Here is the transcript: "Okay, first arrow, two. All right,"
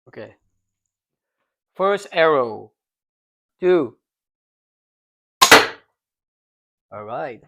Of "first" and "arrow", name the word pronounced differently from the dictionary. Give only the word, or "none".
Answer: none